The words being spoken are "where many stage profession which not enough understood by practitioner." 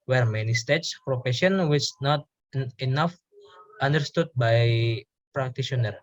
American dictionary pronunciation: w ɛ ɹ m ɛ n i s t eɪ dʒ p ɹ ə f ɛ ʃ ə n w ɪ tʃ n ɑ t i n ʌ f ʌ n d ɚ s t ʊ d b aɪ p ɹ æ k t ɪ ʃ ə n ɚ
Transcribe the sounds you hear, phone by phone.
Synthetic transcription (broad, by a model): w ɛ ɹ m ɛ n i s t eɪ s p ɹ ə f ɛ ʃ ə n w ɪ s n ɑ t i n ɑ f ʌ n d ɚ s t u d b aɪ p ɹ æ k t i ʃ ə n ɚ